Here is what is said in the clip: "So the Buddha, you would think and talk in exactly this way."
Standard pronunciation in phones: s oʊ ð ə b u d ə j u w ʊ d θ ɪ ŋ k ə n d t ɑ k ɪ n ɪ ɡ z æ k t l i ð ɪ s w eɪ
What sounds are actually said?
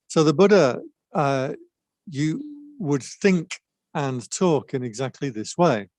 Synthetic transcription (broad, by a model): s oʊ ð ə b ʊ d ə j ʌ w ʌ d θ ɪ ŋ k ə n t ɑ k ɪ n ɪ ɡ z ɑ k t l i ð ɪ s w eɪ